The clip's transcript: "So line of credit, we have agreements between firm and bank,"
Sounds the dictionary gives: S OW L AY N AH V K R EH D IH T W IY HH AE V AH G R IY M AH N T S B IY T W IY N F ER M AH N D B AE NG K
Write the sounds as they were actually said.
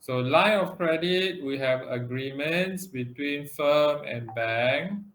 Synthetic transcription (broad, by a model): S OW L AY AH F K R EH D IH T W IY HH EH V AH G R IY M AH N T S B IY T W IY N F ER M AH N B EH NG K